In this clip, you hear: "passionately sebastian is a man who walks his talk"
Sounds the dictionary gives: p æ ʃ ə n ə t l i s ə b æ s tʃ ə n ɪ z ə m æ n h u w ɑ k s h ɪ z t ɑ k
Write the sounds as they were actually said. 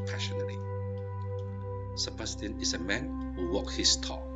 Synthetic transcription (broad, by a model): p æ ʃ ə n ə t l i s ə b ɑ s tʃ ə n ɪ s ə m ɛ n h u w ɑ k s h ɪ s t ɑ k